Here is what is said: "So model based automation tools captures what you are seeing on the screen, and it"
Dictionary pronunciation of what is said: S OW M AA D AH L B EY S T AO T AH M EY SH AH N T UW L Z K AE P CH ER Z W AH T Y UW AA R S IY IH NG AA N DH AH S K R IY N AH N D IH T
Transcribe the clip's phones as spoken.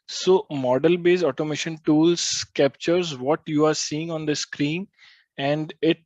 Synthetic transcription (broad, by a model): S OW M AA D AH L B EY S AO T AH M EY SH AH N T UW L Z K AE P CH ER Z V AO T Y UW AA R S IY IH NG AA N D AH S K R IY N AH N D IH T